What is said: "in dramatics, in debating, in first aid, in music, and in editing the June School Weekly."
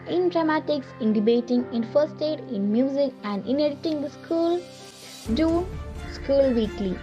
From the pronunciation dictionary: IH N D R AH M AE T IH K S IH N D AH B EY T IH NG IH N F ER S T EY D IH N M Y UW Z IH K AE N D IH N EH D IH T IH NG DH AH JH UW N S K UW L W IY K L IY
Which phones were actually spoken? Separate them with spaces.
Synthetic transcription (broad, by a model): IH N D R AH M AE T IH K S IH N D AH B EY T IH NG IH N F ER S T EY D IH N M Y UW Z IH K AE N D IH N EH D IH T IH NG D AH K UW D S K UW L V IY K L IY